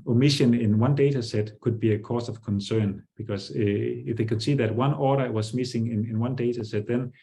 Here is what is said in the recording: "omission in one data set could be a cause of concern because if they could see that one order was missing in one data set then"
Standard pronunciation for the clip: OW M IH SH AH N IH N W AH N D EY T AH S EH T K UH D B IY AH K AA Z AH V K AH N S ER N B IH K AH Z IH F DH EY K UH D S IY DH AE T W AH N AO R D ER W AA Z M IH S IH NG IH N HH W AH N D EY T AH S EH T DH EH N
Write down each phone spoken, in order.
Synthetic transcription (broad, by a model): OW M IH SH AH N IH N W AH N D EY T AH S EH T K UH D B IY AH K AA S AH V K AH N S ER N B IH K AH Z IH F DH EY K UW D S IY DH AE T W AH N AO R D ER W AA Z M IH S IH NG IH N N W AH N D EY T AH S EH T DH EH N